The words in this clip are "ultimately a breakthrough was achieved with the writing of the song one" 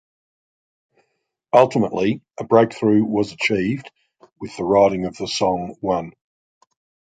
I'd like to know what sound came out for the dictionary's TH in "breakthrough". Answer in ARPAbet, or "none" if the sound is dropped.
TH